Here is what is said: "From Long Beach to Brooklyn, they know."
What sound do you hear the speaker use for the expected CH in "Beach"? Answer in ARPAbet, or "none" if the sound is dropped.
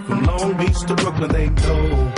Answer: S